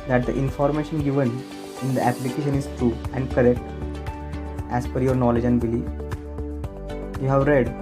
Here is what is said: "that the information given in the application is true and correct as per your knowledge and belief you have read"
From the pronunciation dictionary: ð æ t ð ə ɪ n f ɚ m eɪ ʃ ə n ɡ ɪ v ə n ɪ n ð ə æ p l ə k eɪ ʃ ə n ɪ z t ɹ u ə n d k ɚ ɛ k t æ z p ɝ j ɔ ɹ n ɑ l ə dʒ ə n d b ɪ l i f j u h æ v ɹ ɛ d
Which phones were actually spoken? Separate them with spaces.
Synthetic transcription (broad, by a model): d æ t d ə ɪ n f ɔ m eɪ ʃ ə n ɡ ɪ v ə n ɪ n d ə æ p l ə k eɪ ʃ ə n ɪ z t ɹ u ə n d k ɚ ɛ k t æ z f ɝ j ɔ ɹ n ɑ l ə dʒ ə n d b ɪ l i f j u h æ v ɹ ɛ d